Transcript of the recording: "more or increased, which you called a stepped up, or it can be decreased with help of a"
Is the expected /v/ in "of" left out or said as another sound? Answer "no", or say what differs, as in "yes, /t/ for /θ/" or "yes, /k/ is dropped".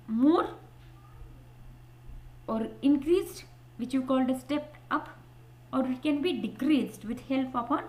yes, /p/ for /v/